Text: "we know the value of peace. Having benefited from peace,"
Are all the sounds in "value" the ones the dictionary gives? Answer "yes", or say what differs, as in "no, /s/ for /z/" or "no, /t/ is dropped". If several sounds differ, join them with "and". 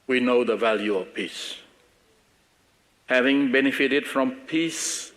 yes